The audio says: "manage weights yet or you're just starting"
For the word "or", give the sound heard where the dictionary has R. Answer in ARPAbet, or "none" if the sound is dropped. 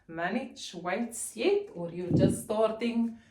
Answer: R